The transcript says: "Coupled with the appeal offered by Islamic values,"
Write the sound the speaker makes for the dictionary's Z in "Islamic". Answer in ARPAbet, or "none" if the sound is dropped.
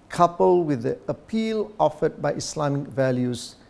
S